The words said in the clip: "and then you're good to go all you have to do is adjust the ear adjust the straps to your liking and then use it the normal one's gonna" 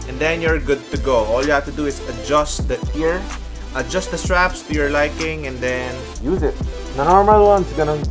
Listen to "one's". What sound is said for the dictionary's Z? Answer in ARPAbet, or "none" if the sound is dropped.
S